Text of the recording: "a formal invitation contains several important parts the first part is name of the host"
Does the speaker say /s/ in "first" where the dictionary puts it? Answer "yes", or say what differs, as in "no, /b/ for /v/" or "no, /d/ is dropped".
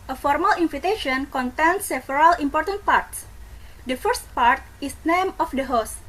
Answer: yes